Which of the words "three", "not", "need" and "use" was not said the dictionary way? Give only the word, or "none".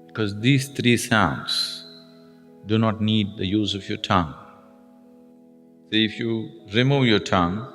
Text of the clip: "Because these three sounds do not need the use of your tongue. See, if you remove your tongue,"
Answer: three